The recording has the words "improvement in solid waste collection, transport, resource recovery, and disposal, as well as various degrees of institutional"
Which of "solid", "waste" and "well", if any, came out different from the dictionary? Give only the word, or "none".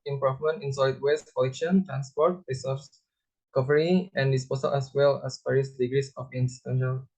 solid